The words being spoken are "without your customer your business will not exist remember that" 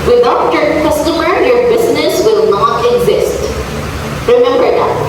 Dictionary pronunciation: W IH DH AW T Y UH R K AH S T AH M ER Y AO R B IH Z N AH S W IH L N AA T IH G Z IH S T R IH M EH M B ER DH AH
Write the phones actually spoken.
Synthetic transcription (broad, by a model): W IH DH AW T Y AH R K AH S T AH M ER Y AO R B IH Z N AH S W IH L N AA T IH G Z IH S T R IH M EH M B ER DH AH